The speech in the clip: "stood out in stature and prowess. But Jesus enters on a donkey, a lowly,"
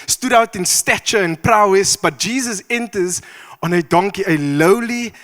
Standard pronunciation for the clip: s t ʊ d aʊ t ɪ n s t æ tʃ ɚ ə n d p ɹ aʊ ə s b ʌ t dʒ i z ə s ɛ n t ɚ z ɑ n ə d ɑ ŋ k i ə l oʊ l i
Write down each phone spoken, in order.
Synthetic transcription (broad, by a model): s t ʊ d aʊ t ɪ n s t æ tʃ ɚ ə n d p ɹ aʊ ə s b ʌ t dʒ i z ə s ɛ n t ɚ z ɑ n ə d ɑ ŋ k i ə l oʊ l i